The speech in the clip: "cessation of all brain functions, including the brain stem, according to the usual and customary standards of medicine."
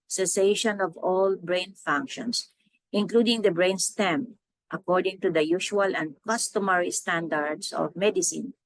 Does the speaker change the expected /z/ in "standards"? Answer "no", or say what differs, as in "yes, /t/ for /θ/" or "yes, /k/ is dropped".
yes, /s/ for /z/